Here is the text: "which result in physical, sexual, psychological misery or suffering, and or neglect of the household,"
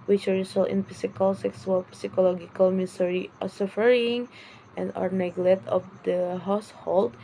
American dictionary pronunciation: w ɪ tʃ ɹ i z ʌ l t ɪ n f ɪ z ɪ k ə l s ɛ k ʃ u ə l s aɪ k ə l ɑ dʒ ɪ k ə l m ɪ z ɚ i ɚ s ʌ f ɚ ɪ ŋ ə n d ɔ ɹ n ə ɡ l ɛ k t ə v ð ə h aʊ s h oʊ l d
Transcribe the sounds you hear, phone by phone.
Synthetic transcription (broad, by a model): w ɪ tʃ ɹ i s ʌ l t ɪ n p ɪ s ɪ k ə l s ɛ k s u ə l s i k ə l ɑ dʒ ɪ k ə l m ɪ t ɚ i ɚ s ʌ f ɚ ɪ ŋ ə n d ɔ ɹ n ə ɡ l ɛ t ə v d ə h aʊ s h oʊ l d